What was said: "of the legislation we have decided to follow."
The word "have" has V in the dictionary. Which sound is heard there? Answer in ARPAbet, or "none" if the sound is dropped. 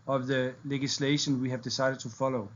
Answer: V